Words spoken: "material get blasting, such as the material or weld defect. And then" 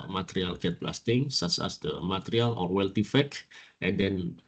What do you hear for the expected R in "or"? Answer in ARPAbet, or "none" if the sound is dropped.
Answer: R